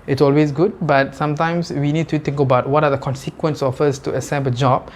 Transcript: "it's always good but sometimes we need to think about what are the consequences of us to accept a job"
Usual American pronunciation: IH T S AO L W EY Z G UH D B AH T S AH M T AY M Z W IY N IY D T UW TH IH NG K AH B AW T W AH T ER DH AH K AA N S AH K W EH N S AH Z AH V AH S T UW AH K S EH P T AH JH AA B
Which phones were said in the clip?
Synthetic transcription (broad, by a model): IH T S AO L W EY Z G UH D B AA T S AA M T AY M S W IY N IY D T UW T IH NG K AH B AW T W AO T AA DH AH K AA N S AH K W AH N S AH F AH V AH S T UW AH S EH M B AH JH AA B